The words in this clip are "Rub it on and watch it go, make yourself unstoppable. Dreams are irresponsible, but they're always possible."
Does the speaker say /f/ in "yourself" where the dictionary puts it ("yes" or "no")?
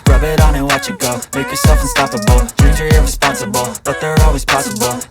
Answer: yes